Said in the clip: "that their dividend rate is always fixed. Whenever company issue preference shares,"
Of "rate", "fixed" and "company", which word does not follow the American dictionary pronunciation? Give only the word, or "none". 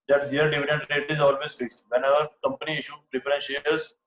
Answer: none